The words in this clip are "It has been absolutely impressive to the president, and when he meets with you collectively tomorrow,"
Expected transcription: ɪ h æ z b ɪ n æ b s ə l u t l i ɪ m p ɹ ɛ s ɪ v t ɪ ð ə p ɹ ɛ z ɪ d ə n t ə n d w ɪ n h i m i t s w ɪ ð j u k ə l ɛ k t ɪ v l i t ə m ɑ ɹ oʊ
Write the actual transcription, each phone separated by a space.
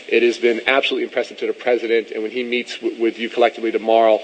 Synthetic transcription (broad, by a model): ɪ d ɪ z b ɪ n æ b s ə l u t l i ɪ m p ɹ ɛ s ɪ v t ɪ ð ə p ɹ ɛ z ɪ d ə n t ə n w ɪ n i m i t s w ɪ ð j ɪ k ə l ɛ k t ɪ v l i t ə m ɑ ɹ oʊ